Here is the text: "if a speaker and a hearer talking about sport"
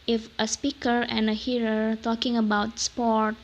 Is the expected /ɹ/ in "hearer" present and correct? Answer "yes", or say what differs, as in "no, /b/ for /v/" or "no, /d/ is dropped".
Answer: yes